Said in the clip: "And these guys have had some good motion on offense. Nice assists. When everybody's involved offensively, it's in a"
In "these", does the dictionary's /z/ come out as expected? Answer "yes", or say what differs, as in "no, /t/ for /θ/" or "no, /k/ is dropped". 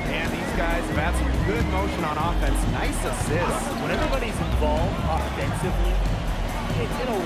yes